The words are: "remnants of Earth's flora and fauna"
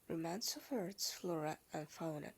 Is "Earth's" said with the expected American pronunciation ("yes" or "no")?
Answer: no